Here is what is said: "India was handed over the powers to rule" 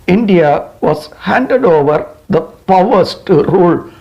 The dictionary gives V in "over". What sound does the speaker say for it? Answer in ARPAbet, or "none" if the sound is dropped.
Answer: V